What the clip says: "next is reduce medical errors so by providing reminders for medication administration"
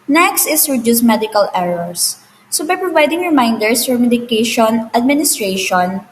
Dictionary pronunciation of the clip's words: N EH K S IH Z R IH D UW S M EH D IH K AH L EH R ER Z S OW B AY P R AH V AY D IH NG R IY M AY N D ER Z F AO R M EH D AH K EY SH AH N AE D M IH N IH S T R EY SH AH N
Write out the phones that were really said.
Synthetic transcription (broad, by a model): N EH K S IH S R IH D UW S M EH D IH K AH L EH R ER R S OW B AY P R AH V AY D IH NG R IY M AY N D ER S F AO R M EH D AH K EY SH AH N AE D M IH N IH S T R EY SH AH N